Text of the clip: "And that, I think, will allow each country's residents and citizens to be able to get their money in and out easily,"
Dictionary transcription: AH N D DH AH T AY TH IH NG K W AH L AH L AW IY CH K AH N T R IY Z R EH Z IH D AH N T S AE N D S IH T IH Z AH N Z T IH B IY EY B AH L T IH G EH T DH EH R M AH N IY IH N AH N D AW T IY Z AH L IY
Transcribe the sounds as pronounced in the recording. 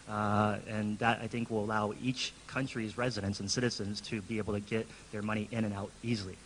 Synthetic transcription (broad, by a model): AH N DH AH T AY TH IH NG K W AH L AH L AW IY CH K AH N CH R IY Z R EH Z IH D AH N T S N S IH T IH Z AH N Z T IH B IY EY B L T IH G EH T DH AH R M AH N IY IH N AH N AW T IY Z L IY